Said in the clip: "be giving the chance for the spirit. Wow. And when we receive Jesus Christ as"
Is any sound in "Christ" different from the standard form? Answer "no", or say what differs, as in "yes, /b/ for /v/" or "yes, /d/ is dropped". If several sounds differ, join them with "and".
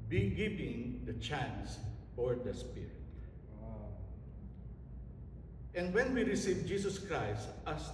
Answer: no